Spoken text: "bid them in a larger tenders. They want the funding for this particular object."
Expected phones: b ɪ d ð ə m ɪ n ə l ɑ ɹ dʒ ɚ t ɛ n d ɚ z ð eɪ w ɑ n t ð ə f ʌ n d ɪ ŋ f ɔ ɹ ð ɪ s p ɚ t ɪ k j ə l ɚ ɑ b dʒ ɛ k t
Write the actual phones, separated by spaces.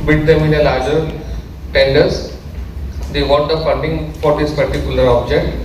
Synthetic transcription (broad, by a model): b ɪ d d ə m ɪ n ə l ɑ ɹ dʒ ɚ t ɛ n d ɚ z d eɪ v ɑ t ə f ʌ n d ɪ ŋ f ɔ ɹ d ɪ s p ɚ t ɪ k j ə l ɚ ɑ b dʒ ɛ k t